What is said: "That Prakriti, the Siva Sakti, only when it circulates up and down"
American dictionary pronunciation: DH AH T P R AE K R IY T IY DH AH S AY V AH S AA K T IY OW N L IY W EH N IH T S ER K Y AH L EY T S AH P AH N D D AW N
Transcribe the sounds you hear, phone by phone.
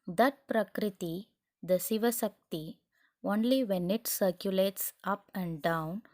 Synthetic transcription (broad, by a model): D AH T P R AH K R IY T IY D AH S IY V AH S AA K T IY OW N L IY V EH N IH T S ER K Y AH L EY T S AH P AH N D D AW N